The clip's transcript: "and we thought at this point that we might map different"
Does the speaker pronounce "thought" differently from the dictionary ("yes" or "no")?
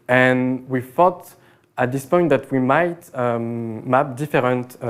yes